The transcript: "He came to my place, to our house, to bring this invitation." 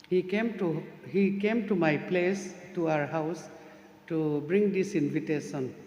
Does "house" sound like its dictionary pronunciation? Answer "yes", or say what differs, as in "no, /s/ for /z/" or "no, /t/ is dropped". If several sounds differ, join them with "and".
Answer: yes